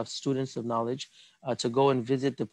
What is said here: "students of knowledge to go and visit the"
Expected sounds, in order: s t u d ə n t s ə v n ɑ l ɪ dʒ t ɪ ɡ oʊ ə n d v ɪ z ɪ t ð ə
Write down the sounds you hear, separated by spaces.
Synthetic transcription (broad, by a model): s t u d n t s ə v n ɑ l ɪ dʒ t ɪ ɡ oʊ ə n v ɪ z ɪ t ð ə